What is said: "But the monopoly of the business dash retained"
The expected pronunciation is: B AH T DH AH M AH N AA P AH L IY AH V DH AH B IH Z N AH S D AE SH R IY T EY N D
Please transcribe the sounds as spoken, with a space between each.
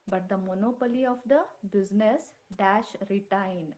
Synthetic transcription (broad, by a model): B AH T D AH M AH N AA P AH L IY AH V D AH B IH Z N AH S D AE SH R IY T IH N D